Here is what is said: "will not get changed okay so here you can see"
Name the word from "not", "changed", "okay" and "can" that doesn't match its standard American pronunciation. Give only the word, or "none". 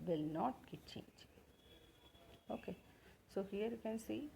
changed